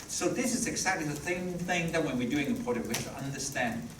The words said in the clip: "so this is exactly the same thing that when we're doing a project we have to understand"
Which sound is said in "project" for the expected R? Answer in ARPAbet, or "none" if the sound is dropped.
none